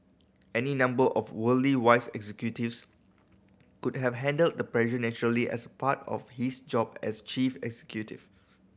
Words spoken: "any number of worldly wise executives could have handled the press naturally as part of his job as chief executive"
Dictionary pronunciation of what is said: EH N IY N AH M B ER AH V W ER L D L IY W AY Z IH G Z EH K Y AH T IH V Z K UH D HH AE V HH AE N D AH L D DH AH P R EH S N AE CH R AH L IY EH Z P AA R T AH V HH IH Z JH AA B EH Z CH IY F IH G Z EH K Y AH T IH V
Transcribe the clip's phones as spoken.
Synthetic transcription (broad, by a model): EH N IY N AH M B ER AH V W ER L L IY W AY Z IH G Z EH K Y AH T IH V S K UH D HH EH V HH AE N D AH L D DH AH P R EH SH N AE CH R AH L IY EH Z P AA T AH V HH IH S JH AA B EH S CH IY F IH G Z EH K Y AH T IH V